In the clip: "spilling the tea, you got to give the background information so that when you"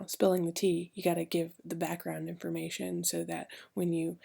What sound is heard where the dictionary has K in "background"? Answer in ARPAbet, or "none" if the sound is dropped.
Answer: K